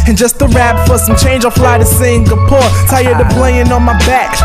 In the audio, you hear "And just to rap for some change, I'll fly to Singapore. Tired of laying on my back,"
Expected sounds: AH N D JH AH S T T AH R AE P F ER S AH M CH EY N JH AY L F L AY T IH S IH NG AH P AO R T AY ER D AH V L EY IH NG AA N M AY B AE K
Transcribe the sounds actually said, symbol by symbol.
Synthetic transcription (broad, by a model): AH N JH AH S T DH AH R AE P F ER S AH M CH EY N JH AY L F L AY T IH S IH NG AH P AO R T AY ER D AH B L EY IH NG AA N M AY B AE K